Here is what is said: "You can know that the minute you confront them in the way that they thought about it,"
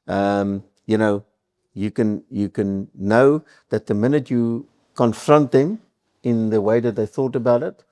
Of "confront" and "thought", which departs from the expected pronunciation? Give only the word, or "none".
none